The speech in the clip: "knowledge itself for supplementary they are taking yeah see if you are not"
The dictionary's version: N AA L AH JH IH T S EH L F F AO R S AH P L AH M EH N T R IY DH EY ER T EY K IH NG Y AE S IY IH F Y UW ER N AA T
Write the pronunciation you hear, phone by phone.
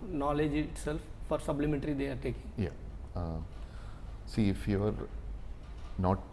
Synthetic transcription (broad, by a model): N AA L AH JH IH T S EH L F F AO R S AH B L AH M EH N T R IY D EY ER T EY K IH NG Y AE S IY IH F Y UW ER N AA T